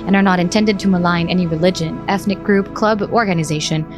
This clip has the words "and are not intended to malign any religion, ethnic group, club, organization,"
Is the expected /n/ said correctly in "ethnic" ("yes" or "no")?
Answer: yes